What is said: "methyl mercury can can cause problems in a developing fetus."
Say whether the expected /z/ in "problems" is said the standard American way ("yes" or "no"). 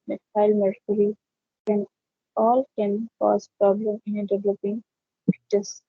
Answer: no